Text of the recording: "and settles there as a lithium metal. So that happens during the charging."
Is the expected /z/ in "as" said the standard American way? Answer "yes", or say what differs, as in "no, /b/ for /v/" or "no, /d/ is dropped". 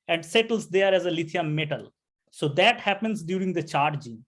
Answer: yes